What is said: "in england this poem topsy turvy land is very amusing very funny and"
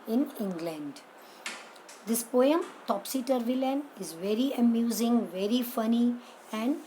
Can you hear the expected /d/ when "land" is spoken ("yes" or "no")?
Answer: no